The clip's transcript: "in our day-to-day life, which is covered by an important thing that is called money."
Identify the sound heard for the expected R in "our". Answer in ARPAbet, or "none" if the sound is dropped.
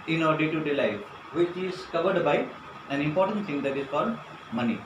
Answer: R